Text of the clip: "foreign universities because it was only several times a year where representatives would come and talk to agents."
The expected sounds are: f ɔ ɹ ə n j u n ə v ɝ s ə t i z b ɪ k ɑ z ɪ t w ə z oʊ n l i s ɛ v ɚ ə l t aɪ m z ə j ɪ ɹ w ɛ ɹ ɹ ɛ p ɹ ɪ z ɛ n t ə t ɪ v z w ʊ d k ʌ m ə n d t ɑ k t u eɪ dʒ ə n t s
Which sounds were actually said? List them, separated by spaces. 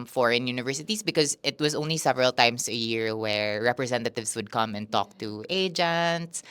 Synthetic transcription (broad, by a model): f ɔ ɹ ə n j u n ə v ɝ s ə t i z b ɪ k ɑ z ɪ t w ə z oʊ n l i s ɛ v ɚ ə l t aɪ m s ə j ɪ ɹ w ɛ ɹ ɹ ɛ p ɹ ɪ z ɛ n t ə t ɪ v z w ʊ d k ʌ m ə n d t ɑ k t u eɪ dʒ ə n t s